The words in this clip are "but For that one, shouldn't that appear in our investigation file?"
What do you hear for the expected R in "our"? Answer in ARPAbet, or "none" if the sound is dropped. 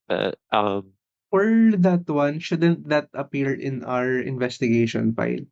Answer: R